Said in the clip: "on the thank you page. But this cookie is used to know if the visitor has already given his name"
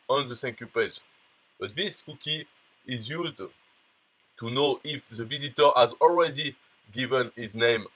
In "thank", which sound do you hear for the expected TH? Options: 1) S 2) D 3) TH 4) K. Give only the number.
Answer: 1